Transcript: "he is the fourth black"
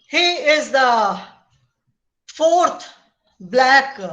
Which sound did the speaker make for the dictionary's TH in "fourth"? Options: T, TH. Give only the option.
T